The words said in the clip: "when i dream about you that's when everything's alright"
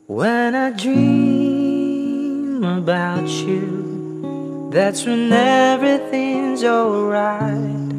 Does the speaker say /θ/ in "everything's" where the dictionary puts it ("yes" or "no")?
yes